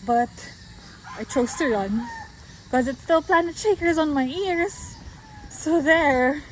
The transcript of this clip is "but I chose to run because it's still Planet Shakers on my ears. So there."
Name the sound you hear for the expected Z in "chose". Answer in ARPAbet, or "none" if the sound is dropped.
S